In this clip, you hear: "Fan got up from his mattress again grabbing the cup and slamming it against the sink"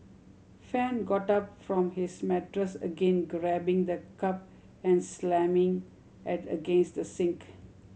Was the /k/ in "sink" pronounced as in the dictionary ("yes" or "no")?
yes